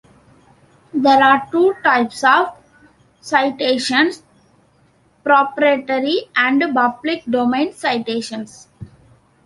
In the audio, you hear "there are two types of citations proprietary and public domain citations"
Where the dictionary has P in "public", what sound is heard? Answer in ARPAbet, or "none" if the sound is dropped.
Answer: B